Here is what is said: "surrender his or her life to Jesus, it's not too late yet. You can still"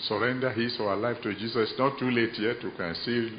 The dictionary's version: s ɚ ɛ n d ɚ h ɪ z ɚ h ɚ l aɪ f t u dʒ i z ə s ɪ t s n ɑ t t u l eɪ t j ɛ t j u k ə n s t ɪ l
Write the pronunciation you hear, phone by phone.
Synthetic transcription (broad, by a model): s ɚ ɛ n d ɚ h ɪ s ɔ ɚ l aɪ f t u dʒ i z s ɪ s n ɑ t t u l eɪ t j ɛ t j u k ə n s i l